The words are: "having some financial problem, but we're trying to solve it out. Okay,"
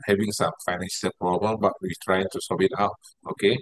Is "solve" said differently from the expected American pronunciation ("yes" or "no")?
yes